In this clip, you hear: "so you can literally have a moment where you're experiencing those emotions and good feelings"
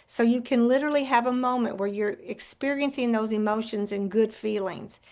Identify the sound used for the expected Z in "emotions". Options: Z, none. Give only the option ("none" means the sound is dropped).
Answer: Z